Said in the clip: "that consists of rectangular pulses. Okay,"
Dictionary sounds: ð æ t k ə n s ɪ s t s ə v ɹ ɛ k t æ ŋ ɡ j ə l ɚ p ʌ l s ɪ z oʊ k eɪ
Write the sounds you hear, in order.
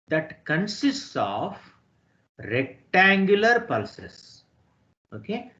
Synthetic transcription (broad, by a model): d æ t k ə n s ɪ s t s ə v ɹ ɛ k t æ ŋ ɡ j ə l ɚ p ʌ l s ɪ s oʊ k eɪ